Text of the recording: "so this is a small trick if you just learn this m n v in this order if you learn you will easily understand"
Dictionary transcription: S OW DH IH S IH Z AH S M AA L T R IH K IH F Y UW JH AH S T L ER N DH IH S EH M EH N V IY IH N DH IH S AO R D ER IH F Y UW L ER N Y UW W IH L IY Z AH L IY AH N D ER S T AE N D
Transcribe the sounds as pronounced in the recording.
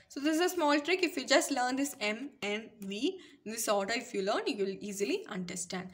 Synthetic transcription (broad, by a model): S OW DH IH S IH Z AH S M AA L T R IH K IH F Y UW JH AH S T L ER N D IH S EH M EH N V IY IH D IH S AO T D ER IH F Y UW L ER N Y UW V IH L IY Z AH L IY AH N D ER S T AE N D